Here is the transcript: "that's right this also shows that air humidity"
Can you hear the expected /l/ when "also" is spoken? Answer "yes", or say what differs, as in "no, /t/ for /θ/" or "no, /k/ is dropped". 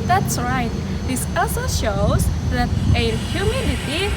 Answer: no, /l/ is dropped